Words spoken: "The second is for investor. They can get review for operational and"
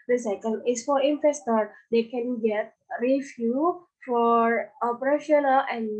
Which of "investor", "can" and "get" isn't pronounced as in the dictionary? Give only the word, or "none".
investor